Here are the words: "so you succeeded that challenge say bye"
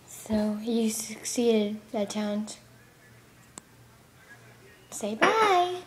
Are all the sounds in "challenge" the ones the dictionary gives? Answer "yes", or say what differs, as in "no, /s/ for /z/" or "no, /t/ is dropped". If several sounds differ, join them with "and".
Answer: no, /l/ is dropped